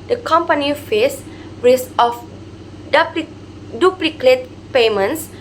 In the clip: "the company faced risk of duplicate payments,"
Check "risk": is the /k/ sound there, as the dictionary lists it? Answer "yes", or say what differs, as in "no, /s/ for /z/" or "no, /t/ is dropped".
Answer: no, /k/ is dropped